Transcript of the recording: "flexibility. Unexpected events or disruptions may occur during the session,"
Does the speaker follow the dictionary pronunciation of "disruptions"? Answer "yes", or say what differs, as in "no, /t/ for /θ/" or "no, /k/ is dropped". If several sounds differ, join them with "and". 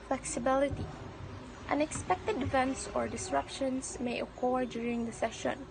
no, /s/ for /z/